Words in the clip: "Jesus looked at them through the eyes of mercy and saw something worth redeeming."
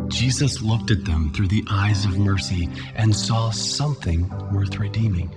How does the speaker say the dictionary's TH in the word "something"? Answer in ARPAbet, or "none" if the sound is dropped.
TH